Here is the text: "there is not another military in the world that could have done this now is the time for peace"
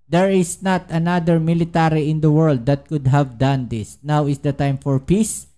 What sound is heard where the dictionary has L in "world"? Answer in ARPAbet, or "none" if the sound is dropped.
L